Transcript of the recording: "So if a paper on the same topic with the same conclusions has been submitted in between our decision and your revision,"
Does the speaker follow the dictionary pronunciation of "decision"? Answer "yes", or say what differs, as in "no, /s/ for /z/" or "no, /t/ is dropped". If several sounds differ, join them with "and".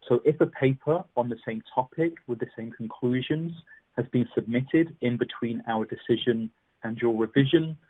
yes